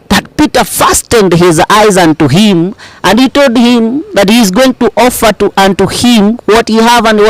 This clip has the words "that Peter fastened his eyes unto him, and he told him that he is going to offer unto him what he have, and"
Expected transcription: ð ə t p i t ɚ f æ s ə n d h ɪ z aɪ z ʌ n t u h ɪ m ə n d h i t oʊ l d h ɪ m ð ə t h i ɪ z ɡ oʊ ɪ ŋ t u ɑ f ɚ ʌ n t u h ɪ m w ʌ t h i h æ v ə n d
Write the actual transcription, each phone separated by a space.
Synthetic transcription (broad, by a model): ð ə t p i t ɚ f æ s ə n d h ɪ z aɪ z ʌ n t u h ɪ m ə n d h i t oʊ l d h ɪ m ð ə t h i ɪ z ɡ oʊ ɪ ŋ t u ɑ f ɚ ʌ n t u h ɪ m w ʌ t h i h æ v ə n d